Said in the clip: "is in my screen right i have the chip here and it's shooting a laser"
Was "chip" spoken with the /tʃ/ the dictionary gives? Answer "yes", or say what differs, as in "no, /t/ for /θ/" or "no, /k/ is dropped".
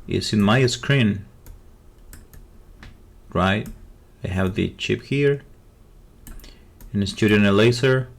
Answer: yes